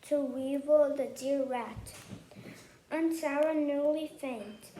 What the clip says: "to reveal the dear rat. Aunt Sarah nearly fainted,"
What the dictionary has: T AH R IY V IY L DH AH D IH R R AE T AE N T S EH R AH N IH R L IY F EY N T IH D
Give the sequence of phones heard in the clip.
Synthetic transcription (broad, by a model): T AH W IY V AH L DH AH D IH R R AE T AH N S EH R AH N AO L IY F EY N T